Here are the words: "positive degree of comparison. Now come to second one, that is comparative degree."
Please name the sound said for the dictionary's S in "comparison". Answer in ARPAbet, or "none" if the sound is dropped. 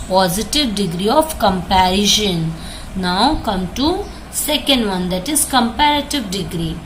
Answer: SH